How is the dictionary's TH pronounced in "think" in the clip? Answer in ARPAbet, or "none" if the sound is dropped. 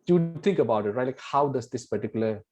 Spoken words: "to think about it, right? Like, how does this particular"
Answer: T